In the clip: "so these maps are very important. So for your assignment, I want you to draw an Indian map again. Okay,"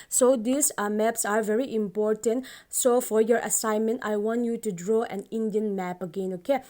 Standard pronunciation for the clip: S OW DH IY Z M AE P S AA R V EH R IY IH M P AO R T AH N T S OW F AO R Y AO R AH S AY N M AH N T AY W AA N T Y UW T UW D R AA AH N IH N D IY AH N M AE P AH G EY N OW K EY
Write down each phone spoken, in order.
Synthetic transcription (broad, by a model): S OW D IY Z M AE P S AA R V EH R IY IH M P AO R T AH N T S OW F AO R Y AO R AH S AY N M AH N T AY W AA N T Y UW T UW D R AA AH N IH N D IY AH N M AE P AH G EY N OW K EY